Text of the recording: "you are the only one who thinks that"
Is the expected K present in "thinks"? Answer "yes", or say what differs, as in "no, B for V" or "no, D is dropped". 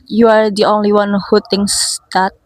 no, K is dropped